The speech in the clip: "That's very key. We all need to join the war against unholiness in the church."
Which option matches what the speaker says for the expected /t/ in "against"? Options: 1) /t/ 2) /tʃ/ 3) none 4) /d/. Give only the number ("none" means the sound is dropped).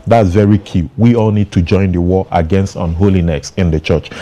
1